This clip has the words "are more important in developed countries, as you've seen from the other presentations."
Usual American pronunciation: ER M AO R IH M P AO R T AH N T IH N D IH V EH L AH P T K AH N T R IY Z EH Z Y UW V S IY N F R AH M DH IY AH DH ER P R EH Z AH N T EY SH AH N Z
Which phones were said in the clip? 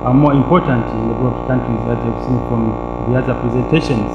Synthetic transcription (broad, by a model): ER M AO R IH M P AO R T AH N T IH N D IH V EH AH T K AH N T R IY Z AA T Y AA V S IY N F R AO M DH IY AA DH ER P R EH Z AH N T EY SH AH N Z